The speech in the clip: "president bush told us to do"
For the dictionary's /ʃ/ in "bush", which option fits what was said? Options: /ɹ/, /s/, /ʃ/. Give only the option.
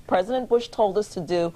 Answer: /ʃ/